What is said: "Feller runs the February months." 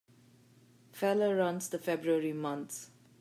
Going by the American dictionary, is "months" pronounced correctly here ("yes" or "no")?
no